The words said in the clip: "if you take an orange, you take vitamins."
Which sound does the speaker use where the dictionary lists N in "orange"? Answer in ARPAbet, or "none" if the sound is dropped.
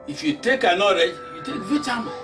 none